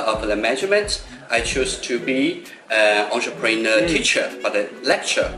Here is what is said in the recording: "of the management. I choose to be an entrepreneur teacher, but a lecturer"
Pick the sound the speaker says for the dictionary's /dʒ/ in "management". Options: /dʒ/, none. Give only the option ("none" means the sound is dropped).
none